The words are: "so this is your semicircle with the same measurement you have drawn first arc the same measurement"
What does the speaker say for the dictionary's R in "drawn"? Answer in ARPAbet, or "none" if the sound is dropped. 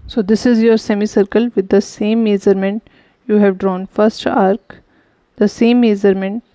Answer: R